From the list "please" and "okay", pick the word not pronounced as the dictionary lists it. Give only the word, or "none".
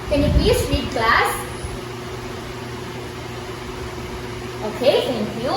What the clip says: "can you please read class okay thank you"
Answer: please